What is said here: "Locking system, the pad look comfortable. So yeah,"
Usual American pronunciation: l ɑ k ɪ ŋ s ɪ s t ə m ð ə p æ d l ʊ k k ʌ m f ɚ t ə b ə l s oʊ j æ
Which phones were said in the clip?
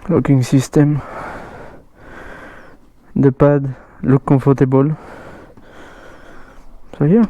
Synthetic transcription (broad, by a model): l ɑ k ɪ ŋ s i s t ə m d ə p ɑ d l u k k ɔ f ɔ t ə b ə l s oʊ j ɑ